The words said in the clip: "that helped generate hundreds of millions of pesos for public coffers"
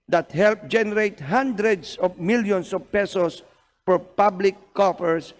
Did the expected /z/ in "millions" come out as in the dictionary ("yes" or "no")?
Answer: no